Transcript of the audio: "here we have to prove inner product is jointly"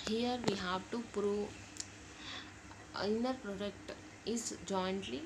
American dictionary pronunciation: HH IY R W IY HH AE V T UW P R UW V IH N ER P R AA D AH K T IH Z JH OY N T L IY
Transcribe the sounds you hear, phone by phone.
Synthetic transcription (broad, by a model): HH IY R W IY HH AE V T UW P R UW IH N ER P R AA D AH K T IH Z JH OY N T L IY